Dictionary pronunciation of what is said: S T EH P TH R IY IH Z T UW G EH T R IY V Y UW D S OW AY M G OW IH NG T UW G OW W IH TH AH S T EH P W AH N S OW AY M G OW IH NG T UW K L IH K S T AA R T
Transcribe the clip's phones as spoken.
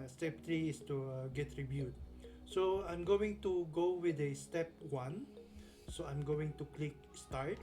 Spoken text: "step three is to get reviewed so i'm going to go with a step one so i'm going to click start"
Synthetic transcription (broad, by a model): S T EH P T R IY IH S T UW G EH T R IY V Y UW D S OW AY M G OW IH NG T UW G OW W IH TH AH S T EH P W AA N S OW AY M G OW IH NG T UW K L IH K S T AA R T